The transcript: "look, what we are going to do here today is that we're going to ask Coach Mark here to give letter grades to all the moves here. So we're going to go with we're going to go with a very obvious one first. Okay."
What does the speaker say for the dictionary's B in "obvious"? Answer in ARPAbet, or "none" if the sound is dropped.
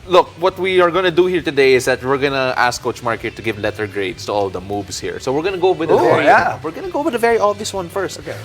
none